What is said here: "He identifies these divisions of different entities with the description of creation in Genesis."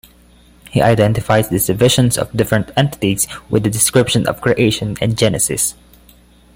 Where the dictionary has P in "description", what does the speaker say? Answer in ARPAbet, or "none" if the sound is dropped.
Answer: P